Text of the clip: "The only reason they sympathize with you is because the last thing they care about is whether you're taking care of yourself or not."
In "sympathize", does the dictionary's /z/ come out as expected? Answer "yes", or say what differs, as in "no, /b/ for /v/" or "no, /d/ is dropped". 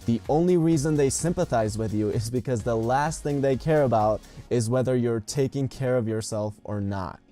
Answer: yes